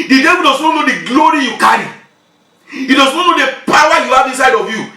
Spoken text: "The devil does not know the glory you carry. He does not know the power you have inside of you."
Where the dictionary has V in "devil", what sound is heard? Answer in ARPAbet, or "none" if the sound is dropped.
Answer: W